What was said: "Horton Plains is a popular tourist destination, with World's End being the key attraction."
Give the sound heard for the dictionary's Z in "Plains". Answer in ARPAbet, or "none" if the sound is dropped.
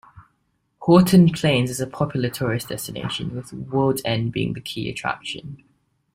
Z